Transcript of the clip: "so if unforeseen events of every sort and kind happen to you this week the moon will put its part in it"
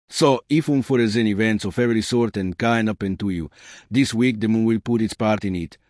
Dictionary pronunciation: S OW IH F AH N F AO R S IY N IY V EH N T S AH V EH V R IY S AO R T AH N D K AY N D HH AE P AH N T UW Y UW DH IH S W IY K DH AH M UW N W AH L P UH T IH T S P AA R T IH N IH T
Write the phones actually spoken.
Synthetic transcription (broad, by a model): S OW IH F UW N F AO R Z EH N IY V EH N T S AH F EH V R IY S AO R T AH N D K AY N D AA P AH N T UW Y UW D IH S W IY K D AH M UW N W AH L P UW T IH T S P AA R T IH N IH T